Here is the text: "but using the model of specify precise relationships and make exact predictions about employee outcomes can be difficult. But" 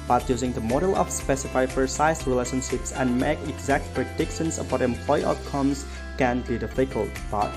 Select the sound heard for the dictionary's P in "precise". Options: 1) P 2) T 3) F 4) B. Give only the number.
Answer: 3